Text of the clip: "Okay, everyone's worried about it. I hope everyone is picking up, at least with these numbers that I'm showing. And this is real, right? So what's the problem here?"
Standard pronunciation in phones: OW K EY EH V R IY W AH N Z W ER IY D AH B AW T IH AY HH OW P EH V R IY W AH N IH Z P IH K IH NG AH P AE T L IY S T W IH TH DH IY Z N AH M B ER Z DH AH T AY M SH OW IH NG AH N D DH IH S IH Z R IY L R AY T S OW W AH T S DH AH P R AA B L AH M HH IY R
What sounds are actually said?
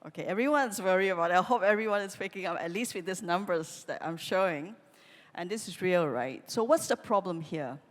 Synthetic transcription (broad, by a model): OW K EY EH V R IY W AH N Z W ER IY AH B AW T IH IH HH OW P EH V R IY W AH N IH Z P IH K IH NG AH P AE T L IY S T W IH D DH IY S N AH M B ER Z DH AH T AY M SH OW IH NG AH N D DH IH S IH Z R IY L R AY T S OW W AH T S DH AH P R AA B L AH M HH IY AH